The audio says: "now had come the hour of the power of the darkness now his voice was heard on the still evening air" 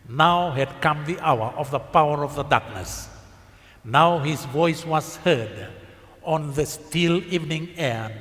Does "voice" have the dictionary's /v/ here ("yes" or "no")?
yes